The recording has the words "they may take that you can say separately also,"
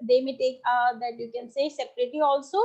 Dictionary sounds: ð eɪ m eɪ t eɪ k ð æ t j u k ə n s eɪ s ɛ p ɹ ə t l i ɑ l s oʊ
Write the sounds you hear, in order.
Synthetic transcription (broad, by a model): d eɪ m eɪ t eɪ k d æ t j u k ə n s eɪ s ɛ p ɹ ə t i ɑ l s oʊ